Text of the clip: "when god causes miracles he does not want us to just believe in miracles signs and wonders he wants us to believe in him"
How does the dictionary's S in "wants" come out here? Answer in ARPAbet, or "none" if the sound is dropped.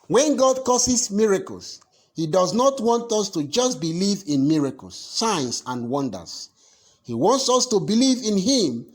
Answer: S